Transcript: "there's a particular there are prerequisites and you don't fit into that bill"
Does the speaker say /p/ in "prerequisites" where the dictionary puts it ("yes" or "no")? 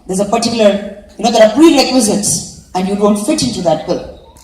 no